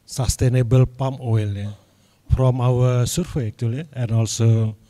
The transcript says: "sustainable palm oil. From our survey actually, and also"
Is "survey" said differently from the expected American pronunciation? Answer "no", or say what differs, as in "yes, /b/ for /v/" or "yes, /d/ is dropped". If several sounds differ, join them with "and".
yes, /f/ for /v/